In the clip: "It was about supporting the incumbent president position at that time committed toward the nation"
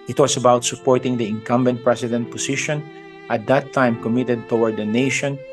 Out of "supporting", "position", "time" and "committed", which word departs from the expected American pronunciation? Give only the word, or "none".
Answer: position